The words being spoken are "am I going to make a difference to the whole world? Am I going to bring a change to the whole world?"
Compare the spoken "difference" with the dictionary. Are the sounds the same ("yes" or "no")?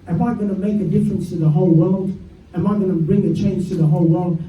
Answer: yes